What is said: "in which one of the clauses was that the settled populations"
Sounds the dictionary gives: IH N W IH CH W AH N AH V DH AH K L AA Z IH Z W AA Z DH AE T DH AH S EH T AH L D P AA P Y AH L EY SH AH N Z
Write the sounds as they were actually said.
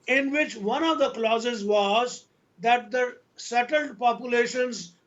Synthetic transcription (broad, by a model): IH N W IH CH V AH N AH V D AH K L AA Z IH Z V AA Z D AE T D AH S EH T AH L D P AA P Y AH L EY SH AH N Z